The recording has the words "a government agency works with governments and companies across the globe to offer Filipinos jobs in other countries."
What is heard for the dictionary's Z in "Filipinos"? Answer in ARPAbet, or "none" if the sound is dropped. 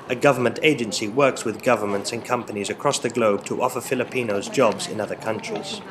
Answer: Z